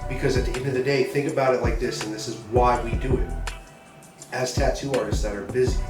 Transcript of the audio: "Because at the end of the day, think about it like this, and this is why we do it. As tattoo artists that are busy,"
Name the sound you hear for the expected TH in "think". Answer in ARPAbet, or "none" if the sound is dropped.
TH